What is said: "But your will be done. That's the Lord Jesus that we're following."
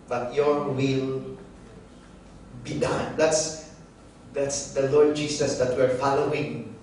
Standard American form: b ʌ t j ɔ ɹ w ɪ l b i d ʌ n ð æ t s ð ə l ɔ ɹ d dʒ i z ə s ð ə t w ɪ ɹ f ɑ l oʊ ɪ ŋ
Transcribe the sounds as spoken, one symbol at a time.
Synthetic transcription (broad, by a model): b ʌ t j ɔ ɹ w ɪ l b i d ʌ n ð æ t s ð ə l ɔ ɹ d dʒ i s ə s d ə t w ɪ ɹ f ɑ l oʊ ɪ ŋ